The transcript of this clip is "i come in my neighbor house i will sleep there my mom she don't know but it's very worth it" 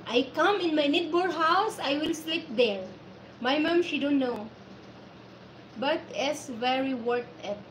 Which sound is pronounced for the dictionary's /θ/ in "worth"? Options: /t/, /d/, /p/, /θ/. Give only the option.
/t/